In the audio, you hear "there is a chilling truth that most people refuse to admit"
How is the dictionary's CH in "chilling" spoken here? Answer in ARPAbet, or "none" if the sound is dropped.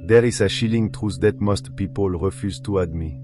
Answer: SH